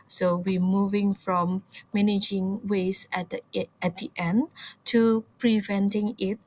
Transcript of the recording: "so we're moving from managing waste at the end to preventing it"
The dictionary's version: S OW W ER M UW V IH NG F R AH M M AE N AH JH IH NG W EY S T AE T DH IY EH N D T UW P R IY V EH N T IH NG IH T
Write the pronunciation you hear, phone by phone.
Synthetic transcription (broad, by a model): S OW W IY M UW V IH NG F R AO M M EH N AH JH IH NG W EY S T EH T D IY EH N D T UW P R IY V EH N T IH NG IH T